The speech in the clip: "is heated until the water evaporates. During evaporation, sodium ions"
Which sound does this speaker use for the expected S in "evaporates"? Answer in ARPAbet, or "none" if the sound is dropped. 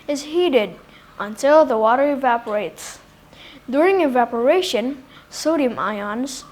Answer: S